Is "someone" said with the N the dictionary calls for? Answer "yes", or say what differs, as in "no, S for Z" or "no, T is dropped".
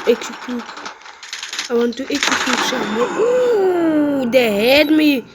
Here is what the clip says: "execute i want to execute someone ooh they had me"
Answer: no, N is dropped